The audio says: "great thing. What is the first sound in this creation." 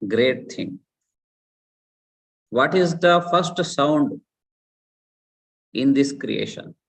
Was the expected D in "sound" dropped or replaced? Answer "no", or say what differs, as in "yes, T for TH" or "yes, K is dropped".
no